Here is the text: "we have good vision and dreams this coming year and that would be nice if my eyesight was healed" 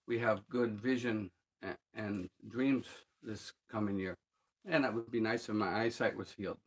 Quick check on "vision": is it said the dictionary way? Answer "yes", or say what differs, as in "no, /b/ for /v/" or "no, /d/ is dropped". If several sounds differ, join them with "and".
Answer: yes